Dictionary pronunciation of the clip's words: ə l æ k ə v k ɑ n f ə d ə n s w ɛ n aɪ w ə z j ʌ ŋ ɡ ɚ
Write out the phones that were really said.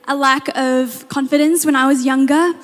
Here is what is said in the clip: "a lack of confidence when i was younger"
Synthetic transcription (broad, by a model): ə l æ k ə v k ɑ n f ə d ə n s w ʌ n aɪ w ə z j ʌ ŋ ɡ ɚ